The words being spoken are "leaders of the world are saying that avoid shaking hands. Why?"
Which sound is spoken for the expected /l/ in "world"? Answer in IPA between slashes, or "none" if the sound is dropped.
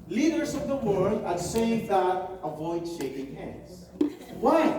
/l/